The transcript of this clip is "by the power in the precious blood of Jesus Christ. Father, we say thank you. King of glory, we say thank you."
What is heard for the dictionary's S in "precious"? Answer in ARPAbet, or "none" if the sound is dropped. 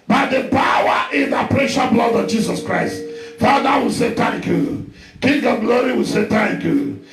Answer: none